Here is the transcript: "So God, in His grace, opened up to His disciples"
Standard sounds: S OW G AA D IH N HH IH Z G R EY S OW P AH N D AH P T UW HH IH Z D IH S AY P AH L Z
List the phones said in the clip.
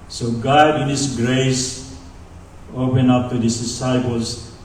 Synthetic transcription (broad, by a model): S OW G AA D IH N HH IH S G R EY S OW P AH N AH P T UW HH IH S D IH S AY P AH L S